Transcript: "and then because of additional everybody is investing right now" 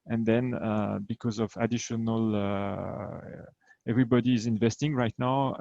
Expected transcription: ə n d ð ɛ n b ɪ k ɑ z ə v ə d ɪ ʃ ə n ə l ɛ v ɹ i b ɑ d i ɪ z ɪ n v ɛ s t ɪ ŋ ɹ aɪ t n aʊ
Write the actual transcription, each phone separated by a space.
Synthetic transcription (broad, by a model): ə n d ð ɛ n b ɪ k ɑ z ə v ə d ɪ ʃ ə n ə l ɛ v ɹ i b ɑ d i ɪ z ɪ n v ɛ s t ɪ ŋ ɹ aɪ t n aʊ